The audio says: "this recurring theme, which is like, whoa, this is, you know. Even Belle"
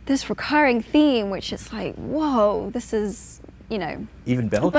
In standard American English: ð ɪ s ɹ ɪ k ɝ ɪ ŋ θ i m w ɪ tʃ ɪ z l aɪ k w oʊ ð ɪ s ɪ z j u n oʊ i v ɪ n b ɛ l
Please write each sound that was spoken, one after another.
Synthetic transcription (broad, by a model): ð ɪ s ɹ ɪ k ɝ ɪ ŋ θ i m w ɪ tʃ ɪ s l aɪ k w oʊ ð ɪ s ɪ z j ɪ n oʊ i v ɪ n b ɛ l